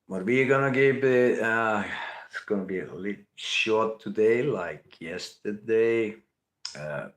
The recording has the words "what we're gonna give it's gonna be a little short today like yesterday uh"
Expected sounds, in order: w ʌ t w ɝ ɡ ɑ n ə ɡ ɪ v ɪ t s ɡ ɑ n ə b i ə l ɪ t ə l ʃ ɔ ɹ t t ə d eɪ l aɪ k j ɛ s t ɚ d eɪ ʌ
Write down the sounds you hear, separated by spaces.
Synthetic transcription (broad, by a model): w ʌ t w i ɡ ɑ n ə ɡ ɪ p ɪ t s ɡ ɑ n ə b i ə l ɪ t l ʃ ɔ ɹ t t ə d eɪ l aɪ k j ɛ s t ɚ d eɪ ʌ